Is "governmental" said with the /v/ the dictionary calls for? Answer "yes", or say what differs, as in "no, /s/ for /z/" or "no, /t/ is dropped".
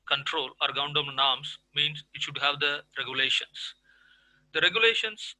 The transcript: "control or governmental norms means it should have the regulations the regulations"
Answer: no, /v/ is dropped